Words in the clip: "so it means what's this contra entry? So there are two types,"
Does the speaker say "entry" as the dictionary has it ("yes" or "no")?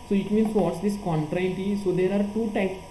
no